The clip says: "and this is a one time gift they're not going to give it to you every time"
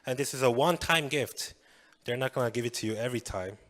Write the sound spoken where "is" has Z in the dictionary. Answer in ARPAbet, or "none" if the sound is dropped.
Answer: Z